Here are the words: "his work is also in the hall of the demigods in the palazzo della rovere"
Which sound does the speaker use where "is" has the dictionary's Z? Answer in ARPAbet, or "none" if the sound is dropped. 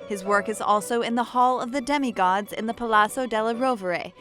Z